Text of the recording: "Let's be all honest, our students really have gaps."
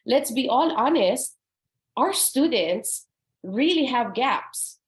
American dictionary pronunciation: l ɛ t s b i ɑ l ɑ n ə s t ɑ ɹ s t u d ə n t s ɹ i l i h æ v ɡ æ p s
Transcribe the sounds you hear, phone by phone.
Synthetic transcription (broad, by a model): l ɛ t s b i ɑ l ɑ n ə s t ɑ ɹ s t u d ə n t s ɹ i l i h æ v ɡ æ p s